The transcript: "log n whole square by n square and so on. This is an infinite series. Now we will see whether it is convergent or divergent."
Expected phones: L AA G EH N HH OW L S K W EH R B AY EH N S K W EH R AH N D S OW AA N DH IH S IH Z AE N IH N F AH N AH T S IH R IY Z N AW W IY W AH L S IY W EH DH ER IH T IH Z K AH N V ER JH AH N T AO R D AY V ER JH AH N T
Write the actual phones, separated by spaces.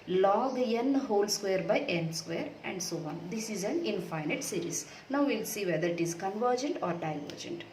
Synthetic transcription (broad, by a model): L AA G EH N HH OW L S K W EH R B AY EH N S K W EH R AH N D S OW AA N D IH S IH Z AE N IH N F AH N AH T S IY R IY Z N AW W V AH L S IY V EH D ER IH T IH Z K AH N V ER JH AH N T AO R D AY V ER JH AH N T